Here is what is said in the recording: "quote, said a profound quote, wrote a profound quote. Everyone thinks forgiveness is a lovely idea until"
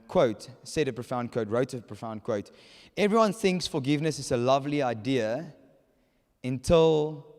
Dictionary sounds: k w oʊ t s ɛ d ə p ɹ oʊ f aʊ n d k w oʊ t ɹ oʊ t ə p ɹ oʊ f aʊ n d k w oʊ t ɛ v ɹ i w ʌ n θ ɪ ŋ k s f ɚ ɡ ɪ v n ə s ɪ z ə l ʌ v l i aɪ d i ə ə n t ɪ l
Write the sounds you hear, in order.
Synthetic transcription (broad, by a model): k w oʊ t s ɛ d ə p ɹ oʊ f aʊ n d k w oʊ t ɹ oʊ t ə p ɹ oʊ f aʊ n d k w oʊ t ɛ v ɹ i w ʌ n θ ɪ ŋ k s f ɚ ɡ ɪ v n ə s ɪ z ə l ʌ v l i aɪ d i ə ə n t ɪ l